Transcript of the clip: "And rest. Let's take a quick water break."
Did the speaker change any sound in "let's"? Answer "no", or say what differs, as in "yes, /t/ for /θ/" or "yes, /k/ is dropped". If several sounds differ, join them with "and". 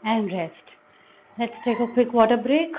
no